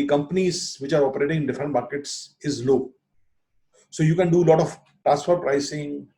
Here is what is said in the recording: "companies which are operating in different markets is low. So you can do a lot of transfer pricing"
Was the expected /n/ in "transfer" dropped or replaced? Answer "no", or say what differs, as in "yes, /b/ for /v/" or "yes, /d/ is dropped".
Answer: yes, /n/ is dropped